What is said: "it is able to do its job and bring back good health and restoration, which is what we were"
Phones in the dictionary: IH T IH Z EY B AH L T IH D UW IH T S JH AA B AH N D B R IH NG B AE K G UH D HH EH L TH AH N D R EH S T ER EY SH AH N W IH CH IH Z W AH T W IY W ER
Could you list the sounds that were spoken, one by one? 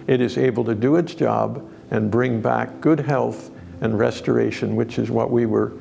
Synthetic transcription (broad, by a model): IH T IH Z EY B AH L T IH D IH IH T S JH AA B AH N B R IH NG B AE K G UH D HH EH L TH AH N R EH S T ER EY SH AH N W IH CH IH Z W AH T W IY W ER